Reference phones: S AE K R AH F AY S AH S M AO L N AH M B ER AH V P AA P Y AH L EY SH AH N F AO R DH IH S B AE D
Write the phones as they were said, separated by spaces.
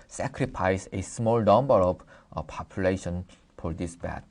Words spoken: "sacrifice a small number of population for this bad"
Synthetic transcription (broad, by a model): S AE K R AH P AY S AH S M AO L N AH M B ER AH B P AA P Y AH L EY SH AH N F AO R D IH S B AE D